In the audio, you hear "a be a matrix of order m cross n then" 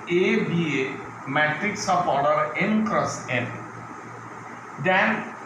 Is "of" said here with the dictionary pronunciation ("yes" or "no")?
no